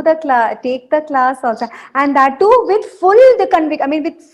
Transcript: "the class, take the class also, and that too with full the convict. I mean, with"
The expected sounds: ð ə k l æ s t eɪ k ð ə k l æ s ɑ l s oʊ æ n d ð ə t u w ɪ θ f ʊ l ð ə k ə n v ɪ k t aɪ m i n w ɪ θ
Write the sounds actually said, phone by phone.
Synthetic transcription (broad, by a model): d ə k l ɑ t eɪ k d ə k l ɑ s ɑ l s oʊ æ n d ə t u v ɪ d f ʊ l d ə k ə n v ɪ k aɪ m i n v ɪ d